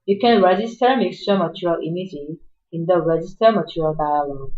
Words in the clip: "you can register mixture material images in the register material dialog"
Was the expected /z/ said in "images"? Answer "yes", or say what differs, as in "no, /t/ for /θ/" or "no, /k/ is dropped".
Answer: no, /z/ is dropped